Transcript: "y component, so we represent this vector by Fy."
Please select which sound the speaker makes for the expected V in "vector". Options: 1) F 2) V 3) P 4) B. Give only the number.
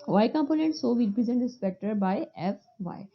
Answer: 3